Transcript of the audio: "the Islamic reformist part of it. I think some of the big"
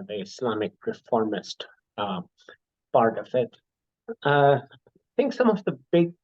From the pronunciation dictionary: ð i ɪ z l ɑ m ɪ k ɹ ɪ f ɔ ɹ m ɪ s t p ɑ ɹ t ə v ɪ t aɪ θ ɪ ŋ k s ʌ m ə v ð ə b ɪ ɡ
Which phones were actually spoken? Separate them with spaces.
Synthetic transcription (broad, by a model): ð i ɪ s l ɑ m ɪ k ɹ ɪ f ɔ ɹ m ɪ s t b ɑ ɹ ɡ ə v ɪ t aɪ θ ɪ ŋ k s ʌ m ə v ð ə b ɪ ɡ